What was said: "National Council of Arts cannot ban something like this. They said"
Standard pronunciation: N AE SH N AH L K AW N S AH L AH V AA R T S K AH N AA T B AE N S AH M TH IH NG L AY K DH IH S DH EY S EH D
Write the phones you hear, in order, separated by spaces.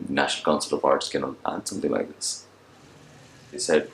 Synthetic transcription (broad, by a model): N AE SH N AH L K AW N S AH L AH P AA R T S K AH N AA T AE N S AH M T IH NG L AY K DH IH S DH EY S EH D